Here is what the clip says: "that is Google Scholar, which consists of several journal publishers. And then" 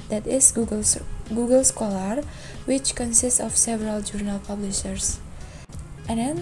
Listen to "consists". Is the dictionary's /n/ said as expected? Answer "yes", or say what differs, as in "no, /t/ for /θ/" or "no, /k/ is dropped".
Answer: yes